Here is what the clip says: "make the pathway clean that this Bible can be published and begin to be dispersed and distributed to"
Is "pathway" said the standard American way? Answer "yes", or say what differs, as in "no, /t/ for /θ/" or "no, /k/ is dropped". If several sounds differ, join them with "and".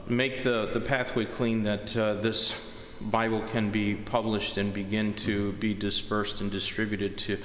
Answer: yes